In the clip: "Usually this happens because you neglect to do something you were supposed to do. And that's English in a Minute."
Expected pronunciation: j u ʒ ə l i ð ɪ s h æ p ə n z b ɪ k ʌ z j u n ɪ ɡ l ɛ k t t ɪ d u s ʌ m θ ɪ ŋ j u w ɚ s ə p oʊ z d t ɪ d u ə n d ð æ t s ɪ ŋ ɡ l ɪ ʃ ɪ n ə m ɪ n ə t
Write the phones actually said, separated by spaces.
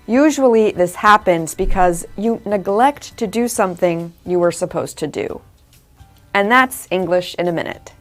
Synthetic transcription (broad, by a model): j u ʒ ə l i ð ɪ s h æ p ə n z b ɪ k ʌ z j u n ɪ ɡ l ɛ k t t ɪ d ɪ s ʌ m θ ɪ ŋ j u w ɚ s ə p oʊ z t ɪ d u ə n ð æ t s ɪ ŋ ɡ l ɪ ʃ ɪ n ə m ɪ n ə t